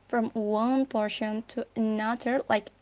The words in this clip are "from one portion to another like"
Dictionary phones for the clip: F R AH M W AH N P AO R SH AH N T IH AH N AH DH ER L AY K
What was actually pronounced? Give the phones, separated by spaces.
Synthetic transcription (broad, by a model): F R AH M W AH N P AO R SH AH N T IH AH N AH DH ER L AY K